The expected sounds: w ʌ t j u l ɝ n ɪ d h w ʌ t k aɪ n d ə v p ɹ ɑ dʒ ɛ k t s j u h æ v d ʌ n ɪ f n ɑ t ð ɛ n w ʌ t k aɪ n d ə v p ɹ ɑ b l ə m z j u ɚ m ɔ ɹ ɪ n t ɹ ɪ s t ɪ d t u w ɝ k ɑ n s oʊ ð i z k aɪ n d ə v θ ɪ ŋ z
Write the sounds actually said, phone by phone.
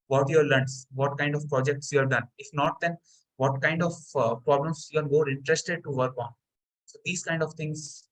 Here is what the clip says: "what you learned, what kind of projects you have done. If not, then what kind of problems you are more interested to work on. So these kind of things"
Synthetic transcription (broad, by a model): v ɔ t j u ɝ l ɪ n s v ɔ t k aɪ n d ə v p ɹ ɑ dʒ ɛ k t s j u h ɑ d d ʌ n ɪ f n ɑ t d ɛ n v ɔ t k aɪ n d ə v p ɹ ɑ b l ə m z j u ɚ m ɔ ɹ ɪ n t ɹ ɪ s t ɪ d t u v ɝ k ɑ n s oʊ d i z k aɪ n d ə v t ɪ ŋ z